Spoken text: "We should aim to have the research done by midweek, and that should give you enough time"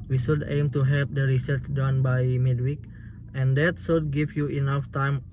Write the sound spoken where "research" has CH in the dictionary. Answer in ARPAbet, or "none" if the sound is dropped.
S